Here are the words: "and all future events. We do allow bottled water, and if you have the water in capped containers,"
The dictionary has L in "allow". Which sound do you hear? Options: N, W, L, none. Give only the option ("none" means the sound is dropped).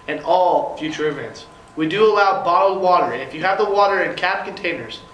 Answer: L